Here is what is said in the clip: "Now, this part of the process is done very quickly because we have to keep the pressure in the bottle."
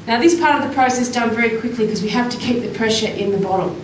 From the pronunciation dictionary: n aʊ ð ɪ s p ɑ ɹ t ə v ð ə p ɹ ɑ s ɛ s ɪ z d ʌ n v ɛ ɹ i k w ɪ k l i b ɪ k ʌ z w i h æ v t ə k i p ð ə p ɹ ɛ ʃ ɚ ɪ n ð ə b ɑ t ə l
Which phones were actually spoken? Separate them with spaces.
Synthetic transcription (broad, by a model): n aʊ ð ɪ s p ɑ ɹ t ə v ð ə p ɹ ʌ ʊ s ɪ s d ʌ n v ɛ ɹ i k w ɪ k l i k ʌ z w i h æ f t ə k i p ð ə p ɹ ɛ ʃ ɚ ɪ n ð ə b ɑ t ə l